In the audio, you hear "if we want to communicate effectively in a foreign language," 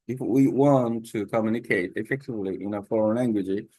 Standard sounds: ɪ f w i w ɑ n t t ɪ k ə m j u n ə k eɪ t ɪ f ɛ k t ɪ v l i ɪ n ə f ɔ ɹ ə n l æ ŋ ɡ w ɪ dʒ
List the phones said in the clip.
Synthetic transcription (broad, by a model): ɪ f w i w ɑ n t t ɪ k ə m j u n ə k eɪ t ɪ f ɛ k t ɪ v l i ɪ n ə f ɔ ɹ ə n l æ ŋ ɡ w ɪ dʒ